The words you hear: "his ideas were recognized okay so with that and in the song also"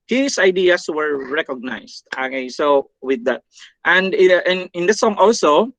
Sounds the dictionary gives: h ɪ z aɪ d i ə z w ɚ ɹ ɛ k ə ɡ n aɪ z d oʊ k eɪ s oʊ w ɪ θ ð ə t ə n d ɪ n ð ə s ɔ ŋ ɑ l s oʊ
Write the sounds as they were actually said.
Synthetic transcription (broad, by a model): h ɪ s aɪ d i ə s w ɚ ɹ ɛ k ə ɡ n aɪ s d oʊ k eɪ s oʊ w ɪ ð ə t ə n d ɪ n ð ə s ɔ ŋ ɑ l s oʊ